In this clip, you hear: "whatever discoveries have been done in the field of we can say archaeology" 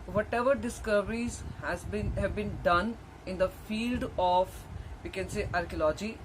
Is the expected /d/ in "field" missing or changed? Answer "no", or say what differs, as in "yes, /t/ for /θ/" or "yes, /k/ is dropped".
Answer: no